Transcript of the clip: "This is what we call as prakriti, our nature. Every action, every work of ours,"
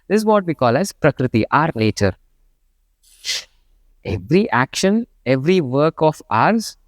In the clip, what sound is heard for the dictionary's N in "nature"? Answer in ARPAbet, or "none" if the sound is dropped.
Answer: L